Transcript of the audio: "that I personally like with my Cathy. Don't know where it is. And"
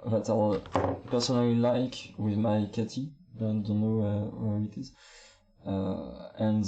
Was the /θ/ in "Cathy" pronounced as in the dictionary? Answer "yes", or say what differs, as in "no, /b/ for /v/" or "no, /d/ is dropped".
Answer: no, /t/ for /θ/